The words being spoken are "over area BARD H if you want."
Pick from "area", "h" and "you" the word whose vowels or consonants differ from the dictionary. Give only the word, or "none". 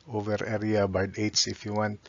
h